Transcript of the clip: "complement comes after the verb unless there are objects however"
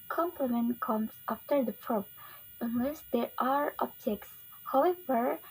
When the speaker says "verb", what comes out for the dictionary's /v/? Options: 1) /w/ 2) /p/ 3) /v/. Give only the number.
2